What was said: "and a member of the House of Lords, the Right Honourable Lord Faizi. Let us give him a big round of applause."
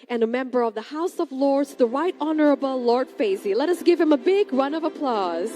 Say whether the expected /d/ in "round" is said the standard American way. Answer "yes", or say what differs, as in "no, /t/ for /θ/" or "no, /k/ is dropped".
no, /d/ is dropped